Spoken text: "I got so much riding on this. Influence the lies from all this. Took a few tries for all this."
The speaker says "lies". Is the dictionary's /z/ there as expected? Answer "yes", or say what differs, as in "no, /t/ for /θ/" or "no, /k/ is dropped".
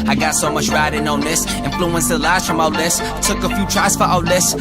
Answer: no, /s/ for /z/